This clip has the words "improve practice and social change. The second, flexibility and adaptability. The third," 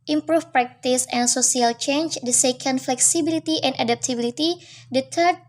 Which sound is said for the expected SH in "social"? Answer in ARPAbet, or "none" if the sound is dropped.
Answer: S